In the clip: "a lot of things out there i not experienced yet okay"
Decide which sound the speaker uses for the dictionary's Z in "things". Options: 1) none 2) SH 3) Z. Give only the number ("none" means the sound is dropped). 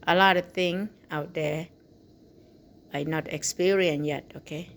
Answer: 1